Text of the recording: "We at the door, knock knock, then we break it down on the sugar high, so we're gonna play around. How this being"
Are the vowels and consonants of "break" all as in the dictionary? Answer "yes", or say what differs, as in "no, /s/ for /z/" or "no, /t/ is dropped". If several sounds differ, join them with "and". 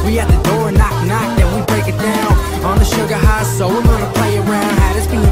yes